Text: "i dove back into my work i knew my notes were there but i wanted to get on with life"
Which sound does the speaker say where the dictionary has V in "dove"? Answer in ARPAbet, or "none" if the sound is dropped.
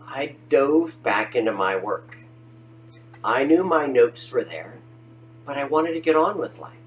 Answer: V